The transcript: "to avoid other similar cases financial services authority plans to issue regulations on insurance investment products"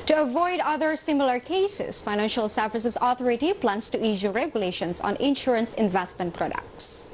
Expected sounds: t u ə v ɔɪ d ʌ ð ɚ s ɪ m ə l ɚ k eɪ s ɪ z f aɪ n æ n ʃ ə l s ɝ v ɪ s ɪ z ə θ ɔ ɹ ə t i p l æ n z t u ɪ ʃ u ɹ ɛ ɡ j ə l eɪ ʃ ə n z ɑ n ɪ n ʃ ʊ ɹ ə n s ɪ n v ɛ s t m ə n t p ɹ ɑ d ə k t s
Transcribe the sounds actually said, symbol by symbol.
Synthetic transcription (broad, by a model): t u ə v ɔɪ d ʌ ð ɚ s ɪ m ə l ɚ k eɪ s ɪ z f aɪ n æ n ʃ ə l s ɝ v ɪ s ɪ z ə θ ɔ ɹ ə t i p l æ n s t u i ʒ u ɹ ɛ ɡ j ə l eɪ ʃ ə n s ɑ n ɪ n ʃ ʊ ɹ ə n s ɪ n v ɛ s t m ə n t p ɹ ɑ d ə k t s